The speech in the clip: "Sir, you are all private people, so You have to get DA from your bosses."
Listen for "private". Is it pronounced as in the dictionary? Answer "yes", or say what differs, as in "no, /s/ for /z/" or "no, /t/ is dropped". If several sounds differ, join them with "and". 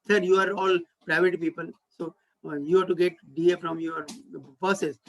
yes